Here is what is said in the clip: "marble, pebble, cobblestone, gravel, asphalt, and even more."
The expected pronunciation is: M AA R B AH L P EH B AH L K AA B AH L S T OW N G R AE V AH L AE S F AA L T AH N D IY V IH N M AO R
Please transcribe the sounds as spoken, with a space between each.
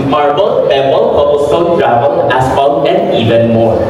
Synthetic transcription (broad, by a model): M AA R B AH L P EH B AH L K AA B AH S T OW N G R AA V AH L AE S P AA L AH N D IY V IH N M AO R